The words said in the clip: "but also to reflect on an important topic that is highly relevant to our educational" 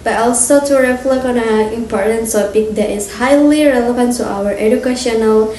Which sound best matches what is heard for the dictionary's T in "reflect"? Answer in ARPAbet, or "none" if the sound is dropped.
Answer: none